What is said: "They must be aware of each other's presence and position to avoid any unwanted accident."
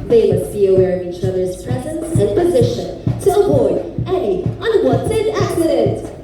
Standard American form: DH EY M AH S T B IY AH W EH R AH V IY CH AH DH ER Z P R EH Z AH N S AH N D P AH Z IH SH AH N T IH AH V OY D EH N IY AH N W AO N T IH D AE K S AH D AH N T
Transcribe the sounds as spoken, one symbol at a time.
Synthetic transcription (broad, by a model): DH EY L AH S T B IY AH W EH R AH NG IY CH AH DH ER Z P R EH Z AH N S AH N P AH Z IH SH AH N T IH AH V OY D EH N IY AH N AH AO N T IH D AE K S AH D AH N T